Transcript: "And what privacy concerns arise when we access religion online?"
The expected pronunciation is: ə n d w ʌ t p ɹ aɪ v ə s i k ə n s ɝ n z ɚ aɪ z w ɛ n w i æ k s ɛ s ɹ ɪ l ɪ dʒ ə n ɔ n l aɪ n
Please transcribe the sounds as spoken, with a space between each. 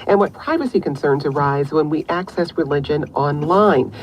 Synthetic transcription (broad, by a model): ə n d w ʌ t p ɹ aɪ v ə s i k ə n s ɝ n z ɚ aɪ z w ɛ n w i æ k s ɛ s ɹ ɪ l ɪ dʒ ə n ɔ n l aɪ n